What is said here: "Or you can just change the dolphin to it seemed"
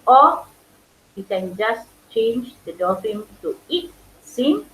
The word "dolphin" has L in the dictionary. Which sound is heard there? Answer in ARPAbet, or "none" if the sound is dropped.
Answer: none